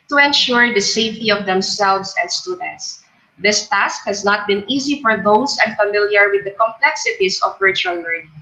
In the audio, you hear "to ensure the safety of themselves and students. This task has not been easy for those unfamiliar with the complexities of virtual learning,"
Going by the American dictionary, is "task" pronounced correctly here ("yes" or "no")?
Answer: yes